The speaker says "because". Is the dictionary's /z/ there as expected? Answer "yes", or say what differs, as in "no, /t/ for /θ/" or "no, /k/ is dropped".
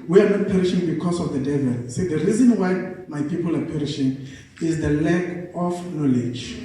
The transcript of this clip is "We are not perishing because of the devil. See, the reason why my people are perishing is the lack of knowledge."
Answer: no, /s/ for /z/